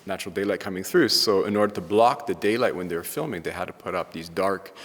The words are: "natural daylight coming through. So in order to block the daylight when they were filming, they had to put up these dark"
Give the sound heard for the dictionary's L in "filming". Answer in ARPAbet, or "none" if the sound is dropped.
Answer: L